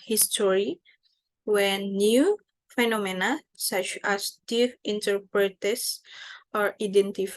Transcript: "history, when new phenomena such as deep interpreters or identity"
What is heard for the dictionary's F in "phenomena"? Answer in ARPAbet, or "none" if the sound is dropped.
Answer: F